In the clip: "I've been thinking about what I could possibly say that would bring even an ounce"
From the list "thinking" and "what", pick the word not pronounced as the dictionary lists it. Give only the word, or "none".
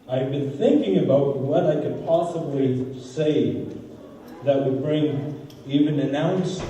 none